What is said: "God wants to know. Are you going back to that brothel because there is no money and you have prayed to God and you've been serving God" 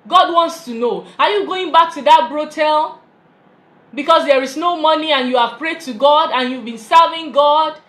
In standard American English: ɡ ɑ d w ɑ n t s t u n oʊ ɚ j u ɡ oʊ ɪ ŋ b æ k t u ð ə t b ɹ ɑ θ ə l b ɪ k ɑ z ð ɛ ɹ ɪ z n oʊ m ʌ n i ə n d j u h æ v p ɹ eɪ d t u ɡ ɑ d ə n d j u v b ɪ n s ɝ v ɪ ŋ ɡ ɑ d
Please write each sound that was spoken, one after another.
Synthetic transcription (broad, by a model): ɡ ɑ d w ɑ n t s t u n oʊ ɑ j u ɡ oʊ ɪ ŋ b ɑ k t u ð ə t b ɹ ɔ t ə l b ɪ k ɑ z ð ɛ ɹ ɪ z n oʊ m ʌ n i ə n j u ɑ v p ɹ eɪ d t u ɡ ɑ d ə n j u v b ɪ n s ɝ v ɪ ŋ ɡ ɑ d